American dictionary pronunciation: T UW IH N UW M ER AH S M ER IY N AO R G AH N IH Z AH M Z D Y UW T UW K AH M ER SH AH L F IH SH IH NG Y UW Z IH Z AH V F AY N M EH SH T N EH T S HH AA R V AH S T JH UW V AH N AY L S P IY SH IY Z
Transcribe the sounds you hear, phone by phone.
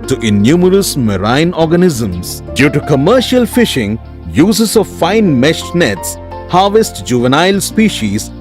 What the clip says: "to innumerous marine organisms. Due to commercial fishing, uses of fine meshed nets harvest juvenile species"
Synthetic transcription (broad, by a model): T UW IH N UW M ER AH S M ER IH N AO R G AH N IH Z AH M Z D Y UW T UW K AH M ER SH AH L F IH SH IH NG Y UW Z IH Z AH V F AY N M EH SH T N EH T S HH AA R V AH S T JH UW V AH N AY L S P IY SH IY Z